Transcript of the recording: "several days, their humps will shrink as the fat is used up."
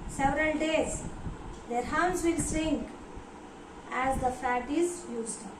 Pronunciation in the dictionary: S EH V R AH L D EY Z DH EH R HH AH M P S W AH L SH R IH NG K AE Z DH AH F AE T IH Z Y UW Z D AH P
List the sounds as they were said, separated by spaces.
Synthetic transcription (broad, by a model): S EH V R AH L D EY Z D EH R HH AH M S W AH L S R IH NG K AE Z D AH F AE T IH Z Y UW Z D